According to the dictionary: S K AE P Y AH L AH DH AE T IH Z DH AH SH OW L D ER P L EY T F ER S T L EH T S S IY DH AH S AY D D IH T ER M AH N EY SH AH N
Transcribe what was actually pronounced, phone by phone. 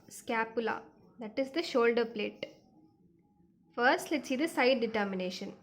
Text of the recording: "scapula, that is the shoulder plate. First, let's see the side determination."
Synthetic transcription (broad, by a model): S K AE P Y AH L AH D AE T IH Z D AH SH OW L D ER P L EY T F ER S T L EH T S S IY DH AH S AY D D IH T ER M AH N EY SH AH N